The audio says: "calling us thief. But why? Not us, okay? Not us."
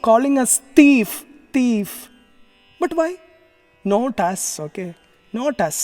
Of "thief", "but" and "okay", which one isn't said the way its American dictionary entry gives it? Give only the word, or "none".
thief